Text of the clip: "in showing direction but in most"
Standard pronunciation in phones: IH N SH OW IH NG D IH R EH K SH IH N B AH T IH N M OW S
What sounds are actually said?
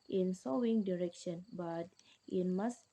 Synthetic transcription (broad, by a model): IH N S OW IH NG D IH R EH K SH IH N B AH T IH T M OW S